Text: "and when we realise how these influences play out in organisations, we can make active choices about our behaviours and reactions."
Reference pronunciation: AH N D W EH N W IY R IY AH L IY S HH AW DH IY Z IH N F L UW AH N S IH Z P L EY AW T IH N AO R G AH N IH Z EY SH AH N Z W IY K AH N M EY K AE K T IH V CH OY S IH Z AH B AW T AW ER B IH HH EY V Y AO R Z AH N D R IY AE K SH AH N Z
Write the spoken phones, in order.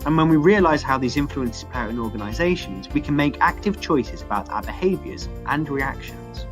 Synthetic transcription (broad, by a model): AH N W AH N W IY R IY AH L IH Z HH AW DH IY Z IH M F L UW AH N S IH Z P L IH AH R IH N AO G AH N IH Z EY SH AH N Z W IY K AH N M EY K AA K T IH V CH OY S IH Z AH B AW T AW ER B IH HH EY V Y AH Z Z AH N R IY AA K SH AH N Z